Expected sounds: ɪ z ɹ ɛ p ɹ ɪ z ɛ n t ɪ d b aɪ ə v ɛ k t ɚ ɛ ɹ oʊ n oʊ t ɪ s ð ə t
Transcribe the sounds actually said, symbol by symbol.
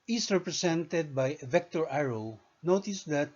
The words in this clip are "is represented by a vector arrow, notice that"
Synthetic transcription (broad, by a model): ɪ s ɹ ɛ p ɹ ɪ s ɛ n t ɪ d b aɪ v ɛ k t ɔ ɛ ɹ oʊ n oʊ t ɪ s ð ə t